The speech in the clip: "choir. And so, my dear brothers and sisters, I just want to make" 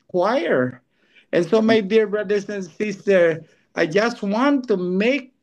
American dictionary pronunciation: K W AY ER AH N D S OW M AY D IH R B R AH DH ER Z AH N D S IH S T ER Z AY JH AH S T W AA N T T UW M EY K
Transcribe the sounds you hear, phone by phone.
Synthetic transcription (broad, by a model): K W AY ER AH N S OW M AY D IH R B R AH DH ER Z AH N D S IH S T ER AY JH AH S T W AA N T T UW M EY K